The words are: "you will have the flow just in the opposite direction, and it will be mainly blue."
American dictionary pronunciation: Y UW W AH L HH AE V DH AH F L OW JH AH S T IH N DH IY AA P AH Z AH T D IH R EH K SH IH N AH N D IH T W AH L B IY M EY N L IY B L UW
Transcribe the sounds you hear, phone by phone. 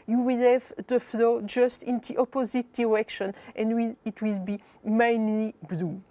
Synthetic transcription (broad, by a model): Y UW W AH L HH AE V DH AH F L OW JH AH S T IH N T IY AA P AH Z AH T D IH R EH K SH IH N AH N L IH T W AH L B IY M EY N L IY B L UW